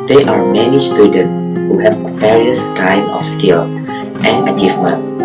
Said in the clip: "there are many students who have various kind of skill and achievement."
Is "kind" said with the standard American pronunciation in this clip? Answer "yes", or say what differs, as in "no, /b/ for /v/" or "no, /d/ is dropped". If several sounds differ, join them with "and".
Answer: no, /d/ is dropped